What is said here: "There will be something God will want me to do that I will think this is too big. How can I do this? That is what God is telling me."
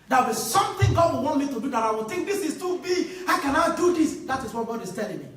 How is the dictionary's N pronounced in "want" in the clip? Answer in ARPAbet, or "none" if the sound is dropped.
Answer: N